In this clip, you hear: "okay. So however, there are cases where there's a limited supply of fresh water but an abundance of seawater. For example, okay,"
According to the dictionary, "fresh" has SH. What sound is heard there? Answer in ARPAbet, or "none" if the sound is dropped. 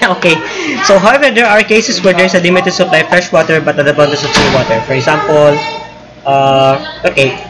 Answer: SH